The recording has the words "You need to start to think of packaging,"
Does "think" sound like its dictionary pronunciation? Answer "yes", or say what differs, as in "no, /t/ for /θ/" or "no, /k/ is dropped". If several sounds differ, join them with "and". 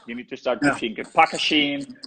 no, /f/ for /θ/